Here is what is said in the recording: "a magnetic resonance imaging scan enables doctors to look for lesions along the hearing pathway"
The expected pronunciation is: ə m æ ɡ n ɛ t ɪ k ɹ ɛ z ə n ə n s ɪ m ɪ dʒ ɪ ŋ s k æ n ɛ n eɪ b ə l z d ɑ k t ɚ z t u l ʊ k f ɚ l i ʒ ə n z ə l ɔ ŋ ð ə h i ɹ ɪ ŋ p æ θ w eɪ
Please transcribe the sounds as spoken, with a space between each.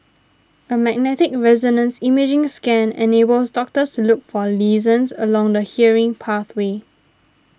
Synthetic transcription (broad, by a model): ə m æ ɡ n ɛ t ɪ k ɹ ɛ z ə n ə n s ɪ m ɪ dʒ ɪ ŋ s k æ n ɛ n eɪ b ə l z d ɑ k t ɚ s t u l ʊ k f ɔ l i z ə n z ə l ɔ ŋ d ə h i ɹ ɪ ŋ p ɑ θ w eɪ